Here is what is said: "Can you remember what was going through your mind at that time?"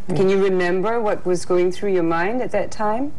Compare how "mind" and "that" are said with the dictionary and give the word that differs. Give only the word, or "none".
none